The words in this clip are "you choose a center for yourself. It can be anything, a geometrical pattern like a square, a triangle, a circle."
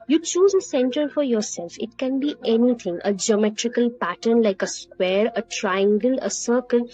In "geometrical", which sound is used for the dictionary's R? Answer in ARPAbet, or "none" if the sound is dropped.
R